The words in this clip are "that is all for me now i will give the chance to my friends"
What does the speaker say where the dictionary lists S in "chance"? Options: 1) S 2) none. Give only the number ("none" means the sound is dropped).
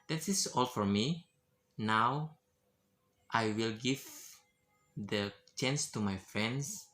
1